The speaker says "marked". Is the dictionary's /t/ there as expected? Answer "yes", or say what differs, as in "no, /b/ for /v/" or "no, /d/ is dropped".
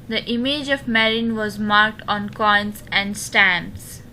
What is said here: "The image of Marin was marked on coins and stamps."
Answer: yes